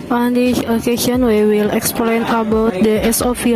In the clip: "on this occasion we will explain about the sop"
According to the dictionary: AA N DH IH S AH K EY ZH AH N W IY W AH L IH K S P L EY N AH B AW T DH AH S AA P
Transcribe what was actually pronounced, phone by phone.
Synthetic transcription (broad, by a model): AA N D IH AH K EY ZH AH N W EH W AH L IH K S P L EY N AH B AW T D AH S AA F